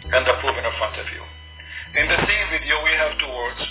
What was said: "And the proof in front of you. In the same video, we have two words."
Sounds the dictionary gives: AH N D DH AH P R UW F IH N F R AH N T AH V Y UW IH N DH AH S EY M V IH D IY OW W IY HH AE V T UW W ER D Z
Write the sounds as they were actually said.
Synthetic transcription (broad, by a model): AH N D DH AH P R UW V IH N F R AH N T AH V Y UW IH N DH AH S EY M V IH D IY OW W IY HH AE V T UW W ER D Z